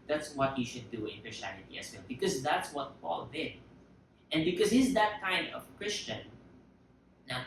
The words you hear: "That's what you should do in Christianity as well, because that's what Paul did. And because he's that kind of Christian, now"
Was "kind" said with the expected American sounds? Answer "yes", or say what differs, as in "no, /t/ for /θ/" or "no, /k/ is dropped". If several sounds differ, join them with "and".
yes